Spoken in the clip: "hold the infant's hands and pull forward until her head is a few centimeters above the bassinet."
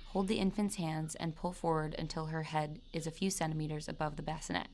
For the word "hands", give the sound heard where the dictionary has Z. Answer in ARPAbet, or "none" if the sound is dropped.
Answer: Z